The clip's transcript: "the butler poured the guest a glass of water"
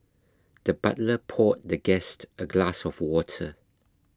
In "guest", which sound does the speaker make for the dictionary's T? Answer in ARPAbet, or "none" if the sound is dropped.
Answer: T